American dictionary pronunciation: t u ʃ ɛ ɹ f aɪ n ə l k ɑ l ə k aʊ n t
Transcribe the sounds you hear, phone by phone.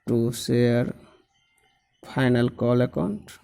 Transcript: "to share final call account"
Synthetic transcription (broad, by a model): t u s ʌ ɹ p aɪ n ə l k ɑ l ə k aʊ n t